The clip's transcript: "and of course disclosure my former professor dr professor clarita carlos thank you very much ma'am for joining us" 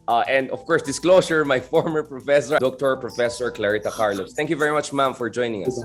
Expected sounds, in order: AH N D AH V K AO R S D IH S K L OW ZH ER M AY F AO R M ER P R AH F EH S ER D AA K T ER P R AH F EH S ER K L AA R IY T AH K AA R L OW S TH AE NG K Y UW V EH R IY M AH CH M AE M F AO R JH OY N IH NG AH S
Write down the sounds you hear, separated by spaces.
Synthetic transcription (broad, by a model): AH N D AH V K AO R S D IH S K L OW S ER M AY F AO R M ER P R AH F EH S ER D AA K T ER P R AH F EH S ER K L AA R IY T AH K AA R L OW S T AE NG K Y UW V EH R IY M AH CH M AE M F AO R JH OY N IH NG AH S